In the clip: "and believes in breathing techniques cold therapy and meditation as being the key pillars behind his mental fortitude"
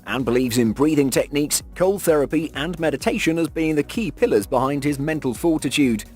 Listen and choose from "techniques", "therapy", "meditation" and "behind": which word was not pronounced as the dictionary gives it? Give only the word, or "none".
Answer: none